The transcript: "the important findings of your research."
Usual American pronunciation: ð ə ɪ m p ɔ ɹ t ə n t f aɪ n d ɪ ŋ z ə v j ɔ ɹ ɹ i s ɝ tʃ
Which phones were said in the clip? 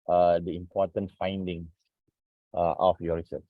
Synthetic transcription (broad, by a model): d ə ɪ m p ɔ t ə n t f aɪ n d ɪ ŋ s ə f j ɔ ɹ ɹ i s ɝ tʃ